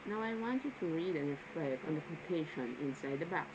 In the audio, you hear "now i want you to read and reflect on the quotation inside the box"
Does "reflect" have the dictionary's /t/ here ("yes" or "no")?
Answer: no